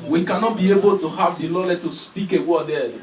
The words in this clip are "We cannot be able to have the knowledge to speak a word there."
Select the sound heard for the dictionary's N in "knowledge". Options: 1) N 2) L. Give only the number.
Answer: 2